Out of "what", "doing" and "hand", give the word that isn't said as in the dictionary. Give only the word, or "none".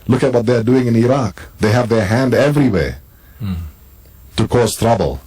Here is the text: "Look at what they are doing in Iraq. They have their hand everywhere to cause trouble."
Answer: none